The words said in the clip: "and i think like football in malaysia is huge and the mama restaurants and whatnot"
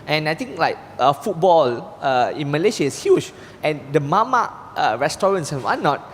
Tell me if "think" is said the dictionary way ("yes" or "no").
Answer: no